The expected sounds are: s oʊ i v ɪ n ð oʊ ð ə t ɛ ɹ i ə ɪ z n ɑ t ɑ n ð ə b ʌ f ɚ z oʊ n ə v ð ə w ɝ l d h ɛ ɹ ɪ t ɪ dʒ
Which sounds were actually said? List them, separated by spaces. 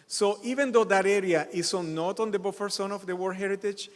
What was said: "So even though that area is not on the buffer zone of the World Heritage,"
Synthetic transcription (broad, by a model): s oʊ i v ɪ n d oʊ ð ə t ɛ ɹ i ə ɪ s n ɑ t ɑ n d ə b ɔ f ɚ s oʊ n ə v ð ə w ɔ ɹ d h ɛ ɹ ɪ t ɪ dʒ